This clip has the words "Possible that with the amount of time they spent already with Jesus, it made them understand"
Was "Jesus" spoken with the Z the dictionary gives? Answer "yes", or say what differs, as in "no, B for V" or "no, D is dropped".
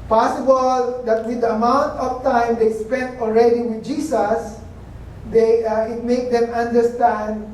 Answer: no, S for Z